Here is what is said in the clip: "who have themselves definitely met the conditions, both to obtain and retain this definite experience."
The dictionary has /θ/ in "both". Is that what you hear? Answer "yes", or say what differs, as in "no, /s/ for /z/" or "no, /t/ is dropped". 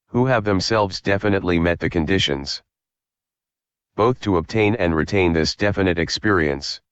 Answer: yes